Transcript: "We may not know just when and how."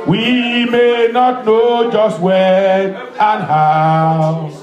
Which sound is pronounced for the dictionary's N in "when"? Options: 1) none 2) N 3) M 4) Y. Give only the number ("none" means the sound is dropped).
1